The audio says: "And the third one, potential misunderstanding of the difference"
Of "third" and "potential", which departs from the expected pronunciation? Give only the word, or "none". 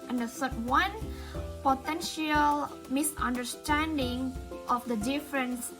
third